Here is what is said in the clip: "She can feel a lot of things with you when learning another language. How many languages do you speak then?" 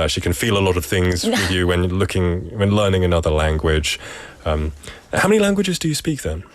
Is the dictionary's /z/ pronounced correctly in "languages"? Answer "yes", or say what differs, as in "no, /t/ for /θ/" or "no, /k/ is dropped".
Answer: yes